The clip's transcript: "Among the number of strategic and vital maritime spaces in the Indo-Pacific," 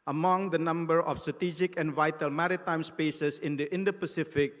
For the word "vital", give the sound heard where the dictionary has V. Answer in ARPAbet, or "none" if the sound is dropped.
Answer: V